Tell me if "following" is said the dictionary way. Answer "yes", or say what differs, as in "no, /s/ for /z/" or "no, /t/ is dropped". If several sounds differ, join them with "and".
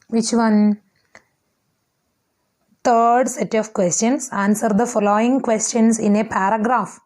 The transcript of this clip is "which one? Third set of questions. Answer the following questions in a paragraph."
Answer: yes